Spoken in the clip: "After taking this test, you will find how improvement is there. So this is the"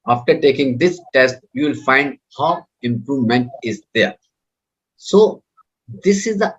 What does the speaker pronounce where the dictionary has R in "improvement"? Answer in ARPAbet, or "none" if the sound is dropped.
R